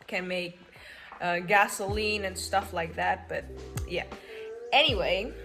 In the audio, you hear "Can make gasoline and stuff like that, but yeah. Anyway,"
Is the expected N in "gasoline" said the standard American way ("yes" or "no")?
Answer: yes